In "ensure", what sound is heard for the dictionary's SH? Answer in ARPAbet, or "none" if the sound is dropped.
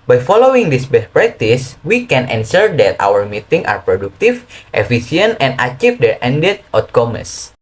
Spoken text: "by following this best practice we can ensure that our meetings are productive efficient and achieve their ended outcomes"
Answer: S